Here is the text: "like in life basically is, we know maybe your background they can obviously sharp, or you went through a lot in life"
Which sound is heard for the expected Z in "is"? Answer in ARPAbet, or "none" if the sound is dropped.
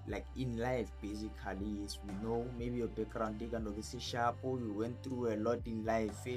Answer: S